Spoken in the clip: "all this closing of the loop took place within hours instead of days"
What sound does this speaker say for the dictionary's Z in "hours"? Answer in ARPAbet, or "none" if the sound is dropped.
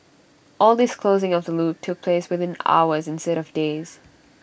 Z